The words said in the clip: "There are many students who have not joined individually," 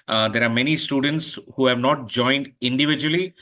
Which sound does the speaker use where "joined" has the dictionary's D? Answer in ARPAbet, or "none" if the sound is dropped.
D